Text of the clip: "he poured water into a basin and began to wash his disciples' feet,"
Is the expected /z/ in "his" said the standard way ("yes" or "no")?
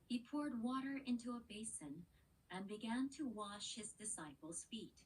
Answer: yes